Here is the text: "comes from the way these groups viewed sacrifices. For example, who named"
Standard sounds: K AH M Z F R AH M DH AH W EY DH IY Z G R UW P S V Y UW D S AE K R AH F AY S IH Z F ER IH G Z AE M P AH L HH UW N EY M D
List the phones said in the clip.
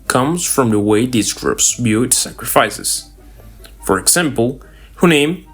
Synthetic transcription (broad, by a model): K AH M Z F R AH M DH AH W EY DH IY Z G R UW P S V Y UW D S AE K R AH F AY S IH Z F ER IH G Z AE M P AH L HH UW N EY M